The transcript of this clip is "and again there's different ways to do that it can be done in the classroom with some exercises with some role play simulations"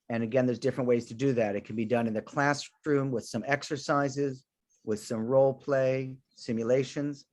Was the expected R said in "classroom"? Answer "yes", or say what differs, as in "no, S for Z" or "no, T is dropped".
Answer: yes